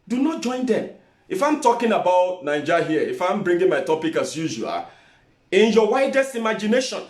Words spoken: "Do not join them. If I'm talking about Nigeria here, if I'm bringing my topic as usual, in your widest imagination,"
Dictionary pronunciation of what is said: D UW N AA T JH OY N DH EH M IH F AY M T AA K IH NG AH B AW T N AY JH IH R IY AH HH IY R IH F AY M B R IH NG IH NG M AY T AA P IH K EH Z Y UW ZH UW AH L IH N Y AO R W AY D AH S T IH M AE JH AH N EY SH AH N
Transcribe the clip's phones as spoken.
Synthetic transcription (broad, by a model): D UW N AA T JH OY N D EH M IH F AY M T AA K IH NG AH B AW T N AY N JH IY HH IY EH IH F AY M B R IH NG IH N M AY T AA P IH K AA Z Y UW ZH UW AH L IH N Y AO W AY D AH S T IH M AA JH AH N EY SH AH N